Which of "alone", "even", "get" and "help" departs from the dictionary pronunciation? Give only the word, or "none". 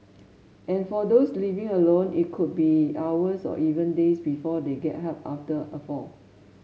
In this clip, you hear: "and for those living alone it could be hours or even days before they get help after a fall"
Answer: help